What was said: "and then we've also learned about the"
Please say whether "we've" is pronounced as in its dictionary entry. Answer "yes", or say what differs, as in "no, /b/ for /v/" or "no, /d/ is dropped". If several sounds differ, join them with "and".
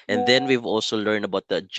yes